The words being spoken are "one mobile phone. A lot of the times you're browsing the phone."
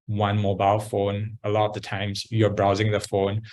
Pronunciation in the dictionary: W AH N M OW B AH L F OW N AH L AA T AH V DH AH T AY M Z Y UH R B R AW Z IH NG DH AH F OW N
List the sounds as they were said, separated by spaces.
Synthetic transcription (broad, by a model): W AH N M OW B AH L F OW N AH L AA T AH V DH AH T AY M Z Y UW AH B R AW Z IH NG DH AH F OW N